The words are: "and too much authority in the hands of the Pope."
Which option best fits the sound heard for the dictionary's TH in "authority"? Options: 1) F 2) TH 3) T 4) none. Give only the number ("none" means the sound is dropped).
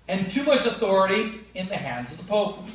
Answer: 2